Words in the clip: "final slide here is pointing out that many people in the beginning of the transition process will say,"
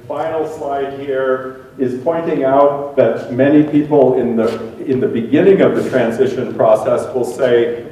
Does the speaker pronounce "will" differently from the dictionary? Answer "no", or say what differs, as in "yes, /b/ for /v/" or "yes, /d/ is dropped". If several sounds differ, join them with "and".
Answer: no